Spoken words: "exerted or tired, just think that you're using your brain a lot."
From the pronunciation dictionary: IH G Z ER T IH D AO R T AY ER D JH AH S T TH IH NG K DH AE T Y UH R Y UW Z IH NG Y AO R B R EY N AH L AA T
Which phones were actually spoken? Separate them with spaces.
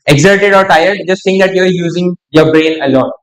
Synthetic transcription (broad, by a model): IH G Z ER T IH D AO R T AY ER D JH AH S T S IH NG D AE T Y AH R Y UW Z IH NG Y AO R B R EY N AH L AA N